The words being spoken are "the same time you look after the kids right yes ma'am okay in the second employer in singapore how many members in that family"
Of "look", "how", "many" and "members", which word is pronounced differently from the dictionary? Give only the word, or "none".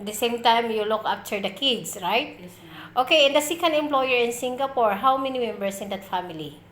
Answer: members